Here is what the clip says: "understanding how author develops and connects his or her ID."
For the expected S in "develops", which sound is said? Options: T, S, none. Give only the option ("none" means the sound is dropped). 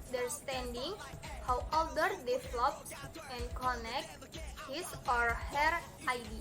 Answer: none